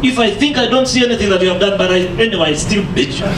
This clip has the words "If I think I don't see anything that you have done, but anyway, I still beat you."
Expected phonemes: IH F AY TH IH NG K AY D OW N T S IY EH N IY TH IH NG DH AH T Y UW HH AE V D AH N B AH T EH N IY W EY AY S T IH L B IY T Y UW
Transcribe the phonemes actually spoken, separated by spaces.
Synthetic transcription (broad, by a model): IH F AY TH IH NG K AY D OW N T S IY EH N IY TH IH NG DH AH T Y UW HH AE V D AH N B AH T EH N IY W EY AY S T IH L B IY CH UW